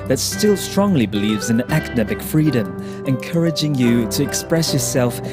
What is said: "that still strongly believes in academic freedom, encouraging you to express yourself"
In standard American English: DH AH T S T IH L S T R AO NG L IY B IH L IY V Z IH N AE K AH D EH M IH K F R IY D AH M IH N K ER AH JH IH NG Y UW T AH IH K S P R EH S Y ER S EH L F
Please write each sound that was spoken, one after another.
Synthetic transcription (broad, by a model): DH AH T S T IH L S T R AO NG L IY B IH L IY V Z IH N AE K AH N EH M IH K F R IY D AH M IH N K ER AH JH IH NG Y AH T AH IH K S P R EH S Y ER S EH L F